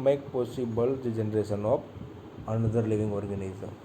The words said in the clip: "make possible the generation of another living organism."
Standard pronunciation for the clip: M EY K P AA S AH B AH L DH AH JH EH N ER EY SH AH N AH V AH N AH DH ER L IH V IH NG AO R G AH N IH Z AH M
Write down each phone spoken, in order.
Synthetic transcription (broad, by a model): M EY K P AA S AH B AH L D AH JH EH N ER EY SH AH N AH P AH N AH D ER L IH V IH NG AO R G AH N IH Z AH